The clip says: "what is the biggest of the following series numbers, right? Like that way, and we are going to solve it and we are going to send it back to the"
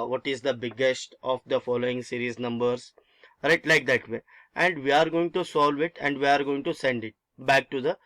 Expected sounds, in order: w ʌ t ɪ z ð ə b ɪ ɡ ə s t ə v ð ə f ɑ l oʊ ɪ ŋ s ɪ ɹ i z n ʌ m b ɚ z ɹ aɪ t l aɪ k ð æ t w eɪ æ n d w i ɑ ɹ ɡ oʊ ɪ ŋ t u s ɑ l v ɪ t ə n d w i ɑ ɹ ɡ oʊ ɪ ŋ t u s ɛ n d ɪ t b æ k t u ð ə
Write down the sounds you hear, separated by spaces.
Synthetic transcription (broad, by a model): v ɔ t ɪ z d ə b ɪ ɡ ə s t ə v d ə f ɑ l oʊ ɪ ŋ s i ɹ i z n ʌ m b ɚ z ɹ aɪ t l aɪ k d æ t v eɪ æ n d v i ɑ ɹ ɡ oʊ ɪ ŋ t u s ɑ l v ɪ t ə n d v i ɑ ɹ ɡ oʊ ɪ ŋ t u s ɛ n d ɪ t b æ k t u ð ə